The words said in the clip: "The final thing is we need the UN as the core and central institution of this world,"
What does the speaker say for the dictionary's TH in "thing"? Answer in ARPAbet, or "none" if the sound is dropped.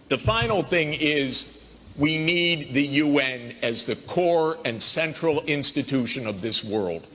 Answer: TH